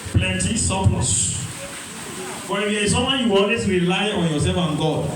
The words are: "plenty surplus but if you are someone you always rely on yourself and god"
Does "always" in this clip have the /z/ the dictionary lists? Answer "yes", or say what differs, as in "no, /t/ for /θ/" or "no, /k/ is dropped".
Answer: no, /s/ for /z/